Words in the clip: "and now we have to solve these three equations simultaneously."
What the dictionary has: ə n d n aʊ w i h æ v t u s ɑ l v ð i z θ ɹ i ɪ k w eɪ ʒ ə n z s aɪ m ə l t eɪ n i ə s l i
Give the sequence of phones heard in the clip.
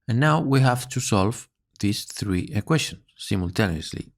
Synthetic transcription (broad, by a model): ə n n aʊ w i h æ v t u s ɑ l v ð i s θ ɹ i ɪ k w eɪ s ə n s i m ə l t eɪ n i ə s l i